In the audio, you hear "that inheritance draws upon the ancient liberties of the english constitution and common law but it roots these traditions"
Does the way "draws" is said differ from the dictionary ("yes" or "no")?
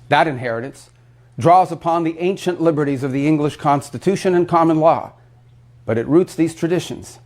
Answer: no